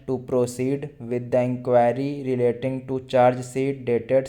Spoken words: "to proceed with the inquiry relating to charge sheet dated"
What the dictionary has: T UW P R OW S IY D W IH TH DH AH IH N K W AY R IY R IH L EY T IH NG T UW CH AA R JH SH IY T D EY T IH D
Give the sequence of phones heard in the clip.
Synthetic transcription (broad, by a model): T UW P R OW S IY D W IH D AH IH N K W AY R IY R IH L EY T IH NG T UW CH AA R JH S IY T D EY T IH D